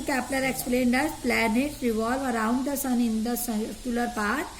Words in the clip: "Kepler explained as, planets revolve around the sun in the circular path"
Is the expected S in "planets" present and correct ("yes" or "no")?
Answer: no